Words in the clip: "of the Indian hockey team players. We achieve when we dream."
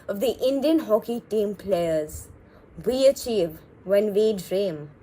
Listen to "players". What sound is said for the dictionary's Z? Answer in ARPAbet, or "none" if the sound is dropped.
Z